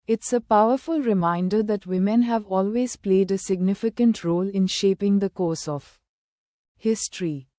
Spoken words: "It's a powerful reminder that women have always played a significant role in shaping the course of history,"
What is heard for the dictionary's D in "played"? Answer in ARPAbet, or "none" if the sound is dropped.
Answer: D